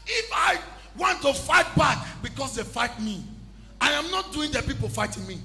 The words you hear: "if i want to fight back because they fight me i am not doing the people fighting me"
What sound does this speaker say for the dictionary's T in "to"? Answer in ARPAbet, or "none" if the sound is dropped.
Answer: T